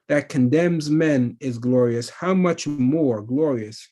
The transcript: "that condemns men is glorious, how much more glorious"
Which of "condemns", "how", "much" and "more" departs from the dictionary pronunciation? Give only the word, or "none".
none